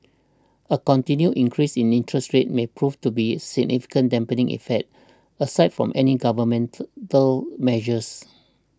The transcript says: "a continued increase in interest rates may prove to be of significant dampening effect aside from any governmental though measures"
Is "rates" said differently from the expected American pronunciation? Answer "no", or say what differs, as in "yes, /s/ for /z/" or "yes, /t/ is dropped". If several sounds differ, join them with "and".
yes, /s/ is dropped